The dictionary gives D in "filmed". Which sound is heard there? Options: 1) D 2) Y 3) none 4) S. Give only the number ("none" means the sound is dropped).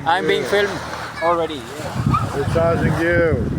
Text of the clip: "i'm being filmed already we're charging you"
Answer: 3